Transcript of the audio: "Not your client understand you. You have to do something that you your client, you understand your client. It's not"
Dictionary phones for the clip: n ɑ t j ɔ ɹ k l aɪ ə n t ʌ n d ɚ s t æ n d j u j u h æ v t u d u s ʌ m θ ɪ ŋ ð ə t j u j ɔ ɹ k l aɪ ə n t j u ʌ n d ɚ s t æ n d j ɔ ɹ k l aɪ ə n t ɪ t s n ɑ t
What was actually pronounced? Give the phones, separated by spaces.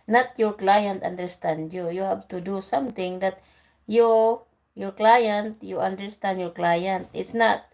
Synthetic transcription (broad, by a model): n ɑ t j ɔ ɹ k l aɪ ə n t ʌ n d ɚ s t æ n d j u j u h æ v t u d u s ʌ m t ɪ ŋ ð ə t j u j ɔ ɹ k l aɪ ə n t j u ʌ n d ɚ s t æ n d j ɔ ɹ k l aɪ ə n t ɪ t s n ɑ t